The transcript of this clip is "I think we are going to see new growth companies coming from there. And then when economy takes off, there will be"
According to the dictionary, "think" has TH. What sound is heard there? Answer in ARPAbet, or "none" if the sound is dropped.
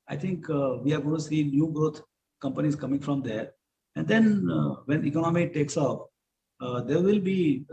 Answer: T